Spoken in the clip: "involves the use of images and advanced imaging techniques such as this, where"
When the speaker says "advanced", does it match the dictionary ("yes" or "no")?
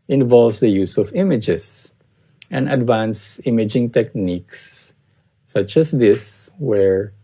no